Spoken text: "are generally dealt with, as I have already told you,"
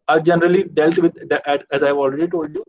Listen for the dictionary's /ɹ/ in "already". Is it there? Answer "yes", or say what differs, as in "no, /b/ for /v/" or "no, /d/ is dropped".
yes